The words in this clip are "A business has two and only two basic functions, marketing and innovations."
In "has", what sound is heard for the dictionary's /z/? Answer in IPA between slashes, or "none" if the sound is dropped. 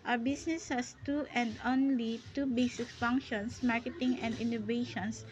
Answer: /s/